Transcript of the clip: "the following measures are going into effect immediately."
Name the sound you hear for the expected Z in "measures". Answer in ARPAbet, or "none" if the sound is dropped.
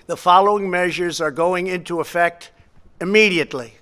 Z